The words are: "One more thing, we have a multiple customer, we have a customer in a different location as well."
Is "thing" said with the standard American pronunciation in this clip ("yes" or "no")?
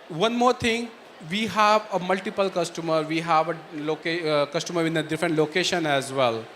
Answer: no